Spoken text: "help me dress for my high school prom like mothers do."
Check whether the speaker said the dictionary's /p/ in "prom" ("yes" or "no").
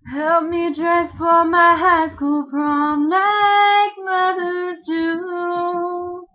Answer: no